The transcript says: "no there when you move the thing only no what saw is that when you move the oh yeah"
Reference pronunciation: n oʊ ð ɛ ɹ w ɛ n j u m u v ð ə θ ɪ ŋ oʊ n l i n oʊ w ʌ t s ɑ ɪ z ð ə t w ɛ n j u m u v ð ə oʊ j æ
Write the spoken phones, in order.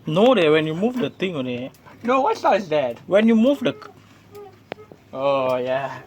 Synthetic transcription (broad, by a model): n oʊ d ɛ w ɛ n j u m u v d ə t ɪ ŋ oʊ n n oʊ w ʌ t s ɑ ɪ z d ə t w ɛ n j u m u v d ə oʊ j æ